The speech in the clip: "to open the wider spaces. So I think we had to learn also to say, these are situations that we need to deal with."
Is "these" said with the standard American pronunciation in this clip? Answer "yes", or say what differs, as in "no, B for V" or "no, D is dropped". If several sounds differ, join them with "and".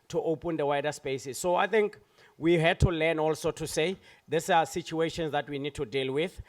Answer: no, S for Z